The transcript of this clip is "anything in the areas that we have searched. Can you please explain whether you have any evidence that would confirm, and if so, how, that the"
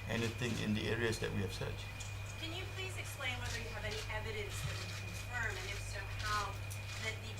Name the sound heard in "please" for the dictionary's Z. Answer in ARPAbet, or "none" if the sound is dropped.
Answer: Z